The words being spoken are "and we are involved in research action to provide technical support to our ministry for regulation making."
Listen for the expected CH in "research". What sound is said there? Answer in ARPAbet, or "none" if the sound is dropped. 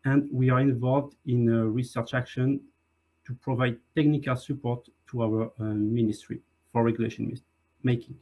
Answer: CH